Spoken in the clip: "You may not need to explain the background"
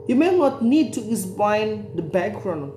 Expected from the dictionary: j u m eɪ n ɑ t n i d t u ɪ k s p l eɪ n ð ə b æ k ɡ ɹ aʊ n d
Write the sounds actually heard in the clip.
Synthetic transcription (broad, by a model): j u m eɪ n ɑ t n i d t u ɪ s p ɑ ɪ n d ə b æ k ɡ ɹ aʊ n